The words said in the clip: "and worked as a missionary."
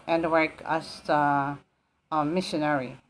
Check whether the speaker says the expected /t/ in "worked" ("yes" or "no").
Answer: no